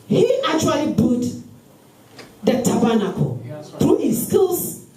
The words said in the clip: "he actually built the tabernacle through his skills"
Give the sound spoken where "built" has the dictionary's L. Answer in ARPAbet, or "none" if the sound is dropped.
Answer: none